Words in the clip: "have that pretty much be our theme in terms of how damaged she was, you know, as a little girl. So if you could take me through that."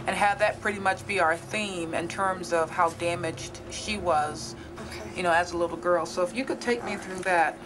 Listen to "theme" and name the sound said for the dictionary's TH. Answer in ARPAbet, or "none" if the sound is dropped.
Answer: TH